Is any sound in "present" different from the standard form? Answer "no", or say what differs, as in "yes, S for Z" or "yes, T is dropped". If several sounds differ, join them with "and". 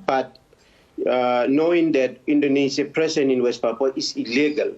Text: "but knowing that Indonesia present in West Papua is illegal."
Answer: yes, T is dropped